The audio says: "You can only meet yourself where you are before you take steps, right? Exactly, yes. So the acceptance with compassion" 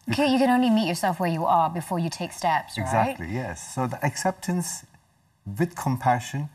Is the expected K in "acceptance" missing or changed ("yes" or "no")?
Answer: no